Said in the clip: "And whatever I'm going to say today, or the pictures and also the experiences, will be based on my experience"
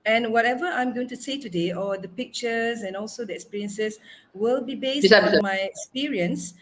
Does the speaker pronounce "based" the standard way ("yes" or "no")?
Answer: no